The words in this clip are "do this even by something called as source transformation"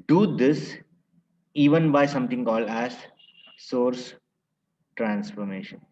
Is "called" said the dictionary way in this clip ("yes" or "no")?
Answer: no